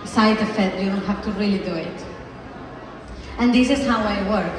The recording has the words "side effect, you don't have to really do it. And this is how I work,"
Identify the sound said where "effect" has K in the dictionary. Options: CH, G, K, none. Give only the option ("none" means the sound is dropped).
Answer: none